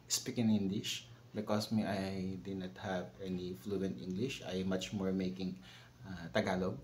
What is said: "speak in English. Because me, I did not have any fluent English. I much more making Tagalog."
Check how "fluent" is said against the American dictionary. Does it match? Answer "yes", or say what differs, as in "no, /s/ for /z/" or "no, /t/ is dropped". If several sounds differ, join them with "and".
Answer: yes